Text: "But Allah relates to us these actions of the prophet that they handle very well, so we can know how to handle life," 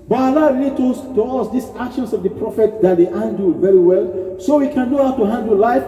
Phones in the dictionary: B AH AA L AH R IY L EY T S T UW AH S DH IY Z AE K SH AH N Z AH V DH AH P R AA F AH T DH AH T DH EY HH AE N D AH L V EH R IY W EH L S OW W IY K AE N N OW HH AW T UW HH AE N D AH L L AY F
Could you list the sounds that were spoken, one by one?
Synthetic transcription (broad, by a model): B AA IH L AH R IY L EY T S T UW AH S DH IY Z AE K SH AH N S AH V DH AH P R AA F AH T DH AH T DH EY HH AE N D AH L V EH R IY W EH L S OW W IY K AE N N OW HH AW T UW HH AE N D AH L L AY F